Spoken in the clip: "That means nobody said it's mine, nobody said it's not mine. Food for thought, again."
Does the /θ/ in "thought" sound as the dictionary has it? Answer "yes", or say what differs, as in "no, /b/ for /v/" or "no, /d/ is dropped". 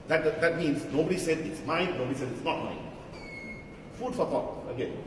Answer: no, /t/ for /θ/